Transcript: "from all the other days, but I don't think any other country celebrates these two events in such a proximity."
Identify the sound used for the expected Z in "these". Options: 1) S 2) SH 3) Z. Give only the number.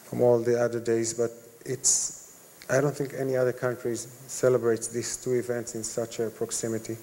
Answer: 1